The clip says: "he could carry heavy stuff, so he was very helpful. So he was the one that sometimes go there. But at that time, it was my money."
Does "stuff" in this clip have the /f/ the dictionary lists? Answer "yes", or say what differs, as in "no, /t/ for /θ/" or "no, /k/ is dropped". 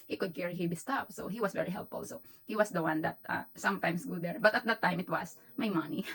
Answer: no, /p/ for /f/